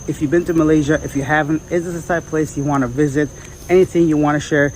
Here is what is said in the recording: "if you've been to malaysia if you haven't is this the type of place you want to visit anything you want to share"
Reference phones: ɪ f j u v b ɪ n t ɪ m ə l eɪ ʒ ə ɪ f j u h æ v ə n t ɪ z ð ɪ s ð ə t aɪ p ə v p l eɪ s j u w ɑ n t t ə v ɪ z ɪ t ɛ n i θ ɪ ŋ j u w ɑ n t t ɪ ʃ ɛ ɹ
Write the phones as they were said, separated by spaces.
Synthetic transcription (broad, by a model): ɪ f j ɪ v b ɪ n t ɪ m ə l eɪ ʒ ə ɪ f j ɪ h æ v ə n t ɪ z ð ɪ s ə s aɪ ə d p l eɪ s j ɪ w ɑ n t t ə v ɪ z ɪ t ɛ n i θ ɪ ŋ j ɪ w ɑ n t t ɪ ʃ ɛ ɹ